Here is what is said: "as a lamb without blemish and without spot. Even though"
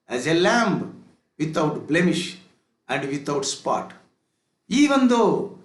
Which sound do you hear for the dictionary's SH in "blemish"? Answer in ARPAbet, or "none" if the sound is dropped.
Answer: SH